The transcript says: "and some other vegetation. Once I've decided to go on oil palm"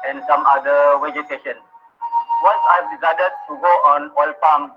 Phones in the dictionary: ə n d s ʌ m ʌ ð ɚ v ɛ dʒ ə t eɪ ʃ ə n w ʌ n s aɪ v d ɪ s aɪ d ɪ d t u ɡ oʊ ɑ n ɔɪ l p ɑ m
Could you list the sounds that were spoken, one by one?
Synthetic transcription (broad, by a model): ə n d s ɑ m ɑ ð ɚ w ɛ dʒ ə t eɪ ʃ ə n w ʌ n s aɪ v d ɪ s aɪ d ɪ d t u ɡ oʊ ɑ n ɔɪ l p ɑ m